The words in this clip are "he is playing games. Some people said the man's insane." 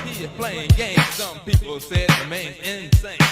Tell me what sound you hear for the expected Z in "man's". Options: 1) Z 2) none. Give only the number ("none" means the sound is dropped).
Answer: 2